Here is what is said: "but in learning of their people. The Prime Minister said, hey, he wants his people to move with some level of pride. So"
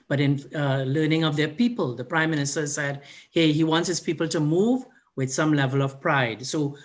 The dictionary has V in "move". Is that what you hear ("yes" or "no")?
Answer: yes